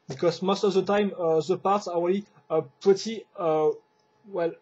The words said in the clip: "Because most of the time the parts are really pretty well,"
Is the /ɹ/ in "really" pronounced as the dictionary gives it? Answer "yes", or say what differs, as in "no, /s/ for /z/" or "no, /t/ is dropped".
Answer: no, /w/ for /ɹ/